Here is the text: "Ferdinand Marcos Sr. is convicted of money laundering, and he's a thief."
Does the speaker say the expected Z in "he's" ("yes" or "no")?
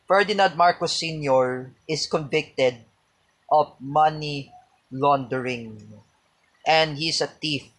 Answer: no